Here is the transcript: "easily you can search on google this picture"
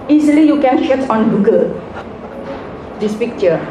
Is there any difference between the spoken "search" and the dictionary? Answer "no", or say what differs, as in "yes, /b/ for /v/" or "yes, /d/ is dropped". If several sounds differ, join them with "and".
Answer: yes, /ʃ/ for /s/ and /s/ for /tʃ/